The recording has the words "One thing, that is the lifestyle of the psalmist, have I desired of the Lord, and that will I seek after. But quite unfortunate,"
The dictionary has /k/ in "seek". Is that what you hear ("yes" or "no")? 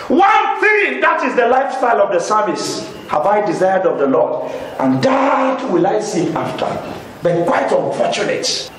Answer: no